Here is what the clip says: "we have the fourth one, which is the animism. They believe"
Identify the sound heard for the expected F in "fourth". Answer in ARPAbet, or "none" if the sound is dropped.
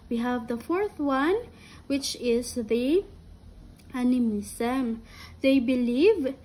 F